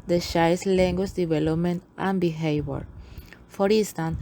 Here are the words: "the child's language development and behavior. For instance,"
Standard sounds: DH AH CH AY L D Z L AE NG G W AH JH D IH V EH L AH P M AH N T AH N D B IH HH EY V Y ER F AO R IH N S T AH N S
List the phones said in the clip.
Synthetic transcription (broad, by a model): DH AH SH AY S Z L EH NG G W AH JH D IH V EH L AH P M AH N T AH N B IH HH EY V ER F AO R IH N S T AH N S